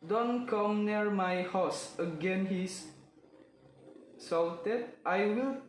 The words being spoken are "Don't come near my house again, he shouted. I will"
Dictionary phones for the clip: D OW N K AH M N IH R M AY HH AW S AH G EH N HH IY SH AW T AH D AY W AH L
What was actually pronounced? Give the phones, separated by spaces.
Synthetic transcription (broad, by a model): D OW N K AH M N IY R M AY HH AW S AH G EH N HH IY S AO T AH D AY W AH L